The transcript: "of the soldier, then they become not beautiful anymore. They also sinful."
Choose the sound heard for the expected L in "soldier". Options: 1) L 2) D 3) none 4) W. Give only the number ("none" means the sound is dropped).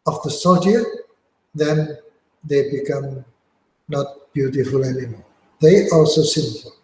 3